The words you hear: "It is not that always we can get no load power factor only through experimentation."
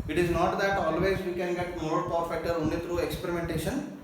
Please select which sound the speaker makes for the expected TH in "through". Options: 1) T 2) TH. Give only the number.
1